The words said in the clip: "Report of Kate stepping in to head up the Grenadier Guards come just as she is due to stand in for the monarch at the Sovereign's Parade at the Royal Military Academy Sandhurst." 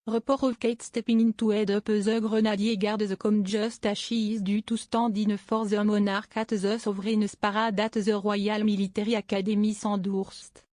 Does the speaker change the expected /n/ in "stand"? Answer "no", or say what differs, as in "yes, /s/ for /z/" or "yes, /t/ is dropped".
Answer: yes, /n/ is dropped